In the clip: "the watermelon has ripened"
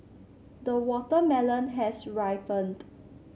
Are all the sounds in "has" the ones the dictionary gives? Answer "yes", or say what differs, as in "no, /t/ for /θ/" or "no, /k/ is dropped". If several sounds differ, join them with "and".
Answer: no, /s/ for /z/